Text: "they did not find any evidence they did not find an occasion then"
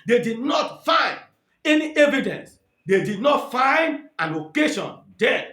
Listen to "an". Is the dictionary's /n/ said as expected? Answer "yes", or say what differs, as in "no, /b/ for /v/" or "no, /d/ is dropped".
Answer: no, /l/ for /n/